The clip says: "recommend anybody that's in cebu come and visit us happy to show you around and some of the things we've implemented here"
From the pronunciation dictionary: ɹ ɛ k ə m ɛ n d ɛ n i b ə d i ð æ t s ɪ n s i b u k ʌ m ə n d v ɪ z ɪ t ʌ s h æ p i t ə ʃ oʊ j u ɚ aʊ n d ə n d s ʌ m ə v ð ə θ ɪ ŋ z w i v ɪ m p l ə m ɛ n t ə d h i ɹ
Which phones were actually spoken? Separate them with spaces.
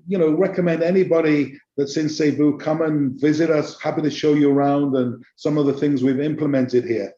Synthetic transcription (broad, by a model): ɹ ɛ k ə m ɛ n d ɛ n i b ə d i ð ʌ t s ɪ n s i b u k ʌ m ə n v ɪ z ɪ t ʌ s h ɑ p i t ə ʃ oʊ j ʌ ɚ aʊ n d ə n s ʌ m ə v ð ə θ ɪ ŋ z w i v ɪ m p l ə m ɛ n t ə d h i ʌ